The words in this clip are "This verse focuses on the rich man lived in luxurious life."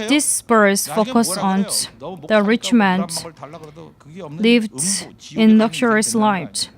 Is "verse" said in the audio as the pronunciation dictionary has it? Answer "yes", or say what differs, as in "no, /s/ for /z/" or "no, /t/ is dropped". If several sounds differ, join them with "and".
no, /b/ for /v/